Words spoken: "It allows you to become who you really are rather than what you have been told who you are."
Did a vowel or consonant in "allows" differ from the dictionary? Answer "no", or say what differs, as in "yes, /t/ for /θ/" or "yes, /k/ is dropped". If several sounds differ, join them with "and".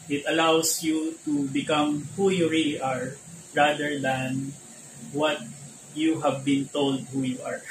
yes, /s/ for /z/